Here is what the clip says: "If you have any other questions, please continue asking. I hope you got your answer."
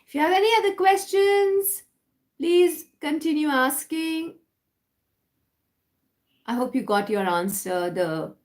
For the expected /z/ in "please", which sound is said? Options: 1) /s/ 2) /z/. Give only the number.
2